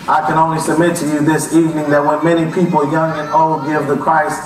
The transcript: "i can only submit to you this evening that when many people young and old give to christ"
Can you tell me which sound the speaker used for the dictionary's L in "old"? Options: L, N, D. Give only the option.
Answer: L